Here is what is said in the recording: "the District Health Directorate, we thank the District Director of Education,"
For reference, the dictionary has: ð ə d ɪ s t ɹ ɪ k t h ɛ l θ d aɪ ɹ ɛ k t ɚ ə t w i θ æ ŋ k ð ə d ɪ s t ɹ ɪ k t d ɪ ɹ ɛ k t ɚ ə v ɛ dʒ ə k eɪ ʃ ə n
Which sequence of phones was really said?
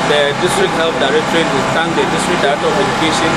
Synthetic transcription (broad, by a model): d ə d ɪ s t ɹ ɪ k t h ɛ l f d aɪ ɹ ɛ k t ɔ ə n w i t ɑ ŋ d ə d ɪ s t ɹ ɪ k d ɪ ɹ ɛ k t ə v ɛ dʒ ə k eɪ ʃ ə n